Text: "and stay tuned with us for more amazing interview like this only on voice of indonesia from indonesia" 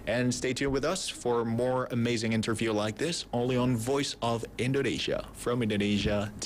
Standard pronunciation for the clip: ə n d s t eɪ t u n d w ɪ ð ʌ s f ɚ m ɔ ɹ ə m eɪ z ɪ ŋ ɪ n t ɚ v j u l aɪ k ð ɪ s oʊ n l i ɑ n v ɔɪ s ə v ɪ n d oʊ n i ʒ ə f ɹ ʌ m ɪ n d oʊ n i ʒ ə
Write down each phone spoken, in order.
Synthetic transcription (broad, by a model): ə n s t eɪ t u w ɪ ð ʌ s f ɚ m ɔ ɹ ə m eɪ z ɪ ŋ ɪ n t ɚ v j u l aɪ k ð ɪ s oʊ n l i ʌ n v ɔɪ s ə v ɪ n d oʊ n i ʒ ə f ɹ ʌ m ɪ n d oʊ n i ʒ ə